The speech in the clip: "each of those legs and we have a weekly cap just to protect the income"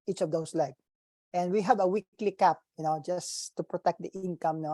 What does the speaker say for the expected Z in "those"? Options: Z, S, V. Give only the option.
S